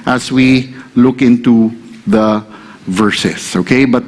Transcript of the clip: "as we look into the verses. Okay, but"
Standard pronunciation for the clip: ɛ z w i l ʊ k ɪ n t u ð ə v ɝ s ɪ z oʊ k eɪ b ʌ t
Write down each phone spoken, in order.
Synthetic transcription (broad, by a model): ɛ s w i l ʊ k ɪ n t u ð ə v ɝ s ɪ s oʊ k eɪ b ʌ t